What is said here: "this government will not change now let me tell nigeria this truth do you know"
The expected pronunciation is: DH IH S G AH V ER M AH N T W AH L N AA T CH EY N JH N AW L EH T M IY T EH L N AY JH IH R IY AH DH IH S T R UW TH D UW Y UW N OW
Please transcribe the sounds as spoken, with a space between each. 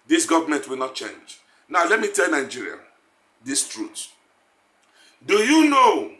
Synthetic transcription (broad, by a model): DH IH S G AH V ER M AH N T W AH L N AA T CH EY N JH N AW L EH T M IY T EH L N AY JH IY R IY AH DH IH S T R UW T D UW Y UW N OW